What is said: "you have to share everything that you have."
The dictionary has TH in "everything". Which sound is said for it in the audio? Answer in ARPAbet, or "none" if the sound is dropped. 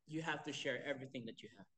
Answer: TH